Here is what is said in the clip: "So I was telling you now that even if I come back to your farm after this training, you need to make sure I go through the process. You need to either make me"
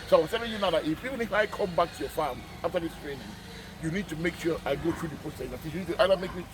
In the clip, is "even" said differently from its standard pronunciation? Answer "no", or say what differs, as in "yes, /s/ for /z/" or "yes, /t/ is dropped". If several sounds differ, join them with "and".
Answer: yes, /f/ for /v/